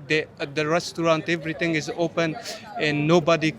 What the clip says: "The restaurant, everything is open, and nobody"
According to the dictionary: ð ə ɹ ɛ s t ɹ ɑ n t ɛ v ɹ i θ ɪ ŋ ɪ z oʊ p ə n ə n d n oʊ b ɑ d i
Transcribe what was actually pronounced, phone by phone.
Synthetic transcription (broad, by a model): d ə ɹ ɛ s t ɹ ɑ n t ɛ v ɹ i t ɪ ŋ ɪ z oʊ p ə n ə n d n oʊ b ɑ d i